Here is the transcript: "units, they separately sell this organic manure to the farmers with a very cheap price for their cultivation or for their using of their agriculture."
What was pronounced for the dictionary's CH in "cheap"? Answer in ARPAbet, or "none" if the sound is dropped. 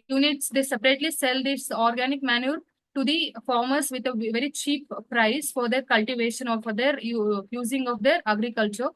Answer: CH